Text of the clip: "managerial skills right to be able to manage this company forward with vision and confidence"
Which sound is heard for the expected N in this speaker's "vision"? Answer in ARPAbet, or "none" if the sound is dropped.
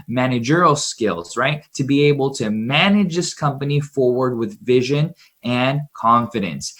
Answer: N